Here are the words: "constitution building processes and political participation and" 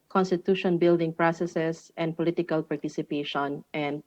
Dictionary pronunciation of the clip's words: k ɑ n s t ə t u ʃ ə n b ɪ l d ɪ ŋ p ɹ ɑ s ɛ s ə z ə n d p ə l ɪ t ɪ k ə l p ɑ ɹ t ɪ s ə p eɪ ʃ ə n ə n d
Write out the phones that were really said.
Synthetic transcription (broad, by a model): k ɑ n s t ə t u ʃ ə n b ɪ l d ɪ ŋ p ɹ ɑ s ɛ s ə s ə n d p ə l ɪ t ɪ k ə l p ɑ ɹ t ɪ s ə p eɪ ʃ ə n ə n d